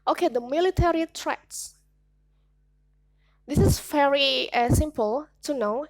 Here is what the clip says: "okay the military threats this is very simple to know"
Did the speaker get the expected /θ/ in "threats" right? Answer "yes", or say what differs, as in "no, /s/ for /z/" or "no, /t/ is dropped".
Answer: no, /t/ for /θ/